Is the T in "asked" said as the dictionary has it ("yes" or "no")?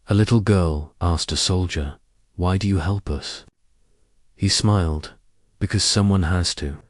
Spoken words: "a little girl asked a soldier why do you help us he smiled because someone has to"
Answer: yes